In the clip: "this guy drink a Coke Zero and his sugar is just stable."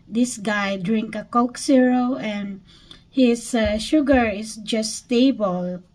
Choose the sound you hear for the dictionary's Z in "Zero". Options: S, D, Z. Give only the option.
S